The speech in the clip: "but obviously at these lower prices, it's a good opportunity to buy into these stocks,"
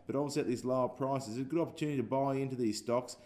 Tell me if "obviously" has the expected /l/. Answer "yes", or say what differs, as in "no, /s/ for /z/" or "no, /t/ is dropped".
no, /l/ is dropped